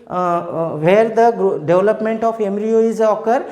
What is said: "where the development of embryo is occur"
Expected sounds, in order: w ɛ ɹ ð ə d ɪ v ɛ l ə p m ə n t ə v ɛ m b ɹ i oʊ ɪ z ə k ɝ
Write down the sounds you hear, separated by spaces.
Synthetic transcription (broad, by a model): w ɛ ɹ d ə d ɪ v l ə p m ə n t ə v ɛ m ɹ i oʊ ɪ z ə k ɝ